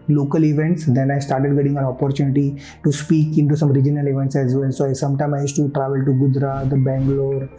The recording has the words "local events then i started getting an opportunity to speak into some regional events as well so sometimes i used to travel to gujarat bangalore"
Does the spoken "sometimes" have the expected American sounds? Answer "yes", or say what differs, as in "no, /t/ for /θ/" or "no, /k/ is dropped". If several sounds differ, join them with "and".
no, /z/ is dropped